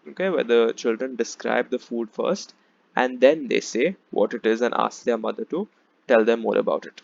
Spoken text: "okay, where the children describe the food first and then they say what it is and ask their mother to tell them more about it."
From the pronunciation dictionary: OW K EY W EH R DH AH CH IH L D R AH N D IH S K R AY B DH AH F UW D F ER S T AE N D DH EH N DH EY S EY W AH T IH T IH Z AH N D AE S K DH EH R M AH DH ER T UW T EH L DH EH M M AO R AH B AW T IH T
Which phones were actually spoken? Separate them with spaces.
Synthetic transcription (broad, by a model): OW K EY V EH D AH CH IH L D R AH N D IH S K R AY B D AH F UW D F ER S T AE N D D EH N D EY S EY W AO T IH T IH Z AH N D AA S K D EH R M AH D ER T UW T EH L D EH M M AO R AH B AW T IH T